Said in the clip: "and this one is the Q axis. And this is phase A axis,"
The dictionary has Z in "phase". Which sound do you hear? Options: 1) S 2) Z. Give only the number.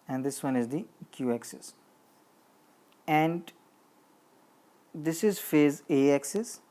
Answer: 2